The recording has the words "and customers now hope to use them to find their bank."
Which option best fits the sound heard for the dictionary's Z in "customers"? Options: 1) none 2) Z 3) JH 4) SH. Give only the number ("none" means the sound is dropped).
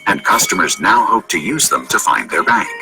2